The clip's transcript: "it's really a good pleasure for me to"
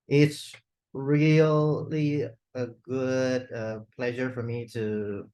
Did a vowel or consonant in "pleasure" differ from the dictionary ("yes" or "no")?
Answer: no